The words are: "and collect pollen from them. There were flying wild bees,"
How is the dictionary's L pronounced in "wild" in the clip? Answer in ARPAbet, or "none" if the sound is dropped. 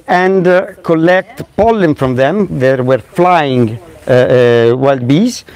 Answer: L